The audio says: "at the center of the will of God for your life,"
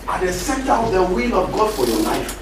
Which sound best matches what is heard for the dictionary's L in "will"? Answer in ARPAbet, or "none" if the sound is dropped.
L